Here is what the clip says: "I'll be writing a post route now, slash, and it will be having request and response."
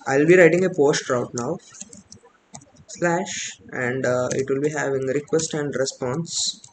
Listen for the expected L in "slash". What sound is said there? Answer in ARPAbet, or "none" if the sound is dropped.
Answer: L